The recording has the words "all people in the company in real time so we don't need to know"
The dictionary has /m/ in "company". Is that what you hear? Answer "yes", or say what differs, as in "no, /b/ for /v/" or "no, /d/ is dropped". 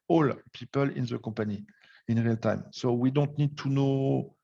no, /m/ is dropped